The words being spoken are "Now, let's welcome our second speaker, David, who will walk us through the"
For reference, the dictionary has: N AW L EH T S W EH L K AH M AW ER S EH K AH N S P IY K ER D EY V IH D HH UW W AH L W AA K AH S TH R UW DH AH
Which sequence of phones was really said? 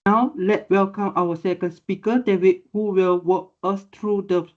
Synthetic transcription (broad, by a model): N AW L EH T W EH L K AH M AW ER S EH K AH N S P IY K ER D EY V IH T HH UW W AH L W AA K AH S T R UW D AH